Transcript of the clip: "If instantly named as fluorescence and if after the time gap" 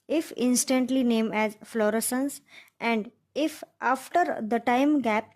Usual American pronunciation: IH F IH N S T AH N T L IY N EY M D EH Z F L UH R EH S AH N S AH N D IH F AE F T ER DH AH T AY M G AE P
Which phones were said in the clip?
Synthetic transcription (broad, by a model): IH F IH N S T AH N T L IY N EY M EH Z F L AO R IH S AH N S AH N D IH F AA F T ER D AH T AY M G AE P